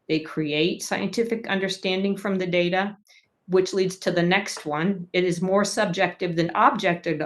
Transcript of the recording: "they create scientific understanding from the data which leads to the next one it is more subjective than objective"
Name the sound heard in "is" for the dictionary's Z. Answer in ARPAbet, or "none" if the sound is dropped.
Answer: Z